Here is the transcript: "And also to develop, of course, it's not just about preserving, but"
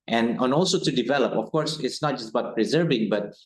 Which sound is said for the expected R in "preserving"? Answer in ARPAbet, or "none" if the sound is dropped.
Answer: R